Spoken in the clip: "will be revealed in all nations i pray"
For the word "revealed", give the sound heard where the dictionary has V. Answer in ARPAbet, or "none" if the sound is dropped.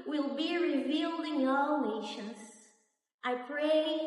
V